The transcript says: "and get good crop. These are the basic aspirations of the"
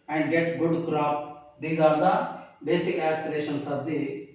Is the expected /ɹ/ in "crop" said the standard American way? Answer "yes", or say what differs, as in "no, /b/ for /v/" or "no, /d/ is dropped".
yes